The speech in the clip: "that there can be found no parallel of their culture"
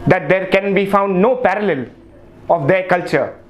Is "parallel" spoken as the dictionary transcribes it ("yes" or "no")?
yes